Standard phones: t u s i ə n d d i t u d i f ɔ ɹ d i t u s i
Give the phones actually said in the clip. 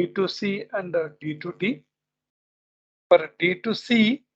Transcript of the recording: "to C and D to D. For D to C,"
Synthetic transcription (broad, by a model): t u s i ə n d d i t u d i p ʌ ɹ d i t u s i